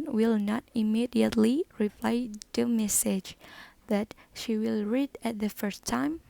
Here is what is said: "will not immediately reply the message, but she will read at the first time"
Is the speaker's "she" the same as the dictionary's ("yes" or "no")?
yes